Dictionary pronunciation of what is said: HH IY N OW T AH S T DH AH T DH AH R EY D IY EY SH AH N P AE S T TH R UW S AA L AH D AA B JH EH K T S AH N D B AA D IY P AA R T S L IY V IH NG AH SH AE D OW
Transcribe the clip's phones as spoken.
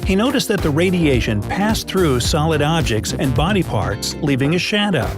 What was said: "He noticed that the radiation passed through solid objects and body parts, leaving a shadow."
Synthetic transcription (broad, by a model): HH IY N OW T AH S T DH AH T DH AH R EY D IY EY SH AH N P AE S TH R UW S AA L AH D AA B JH EH K T S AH N B AA D IY P AA R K S L IY V IH NG AH SH AE D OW